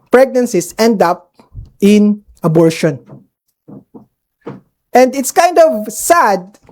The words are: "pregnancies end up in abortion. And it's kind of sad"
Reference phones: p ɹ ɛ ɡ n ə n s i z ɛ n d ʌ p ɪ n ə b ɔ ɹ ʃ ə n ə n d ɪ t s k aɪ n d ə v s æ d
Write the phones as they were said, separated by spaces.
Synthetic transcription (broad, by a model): p ɹ ɛ ɡ n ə n s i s ɛ n d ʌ p ɪ n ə b ɔ ɹ ʃ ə n ə n d ɪ t s k aɪ n d ə v s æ d